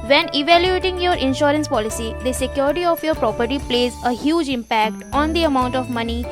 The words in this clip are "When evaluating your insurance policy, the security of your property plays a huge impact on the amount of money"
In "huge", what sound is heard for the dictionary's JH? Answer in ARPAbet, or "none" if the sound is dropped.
JH